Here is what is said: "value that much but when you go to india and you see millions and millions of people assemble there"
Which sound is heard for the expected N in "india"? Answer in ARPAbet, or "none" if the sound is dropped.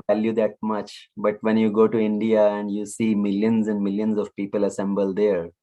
N